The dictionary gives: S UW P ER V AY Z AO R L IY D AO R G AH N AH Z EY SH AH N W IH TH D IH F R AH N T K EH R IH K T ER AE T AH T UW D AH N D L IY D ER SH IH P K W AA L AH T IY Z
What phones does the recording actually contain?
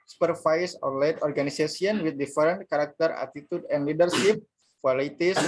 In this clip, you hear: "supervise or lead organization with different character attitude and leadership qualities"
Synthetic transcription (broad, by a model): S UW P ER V AY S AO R L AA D AO R G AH N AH S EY S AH N W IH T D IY F R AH N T K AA R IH K T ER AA T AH T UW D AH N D L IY D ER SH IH P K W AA L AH T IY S